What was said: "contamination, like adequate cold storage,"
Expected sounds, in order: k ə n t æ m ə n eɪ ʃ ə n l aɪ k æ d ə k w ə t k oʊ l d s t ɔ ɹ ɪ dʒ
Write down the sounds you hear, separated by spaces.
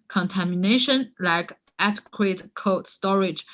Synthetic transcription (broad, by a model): k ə n t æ m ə n eɪ ʃ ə n l aɪ k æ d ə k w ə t k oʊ d s t ɔ ɹ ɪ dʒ